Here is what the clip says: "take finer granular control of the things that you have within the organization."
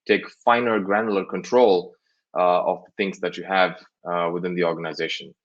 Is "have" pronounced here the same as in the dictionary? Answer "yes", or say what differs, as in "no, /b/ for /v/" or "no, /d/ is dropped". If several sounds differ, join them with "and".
yes